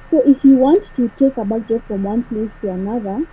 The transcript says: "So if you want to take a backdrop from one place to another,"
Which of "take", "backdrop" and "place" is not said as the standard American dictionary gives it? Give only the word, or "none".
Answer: backdrop